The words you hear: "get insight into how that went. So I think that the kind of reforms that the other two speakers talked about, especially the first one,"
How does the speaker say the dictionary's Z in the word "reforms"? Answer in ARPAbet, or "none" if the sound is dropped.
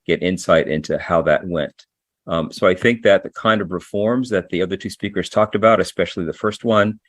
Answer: Z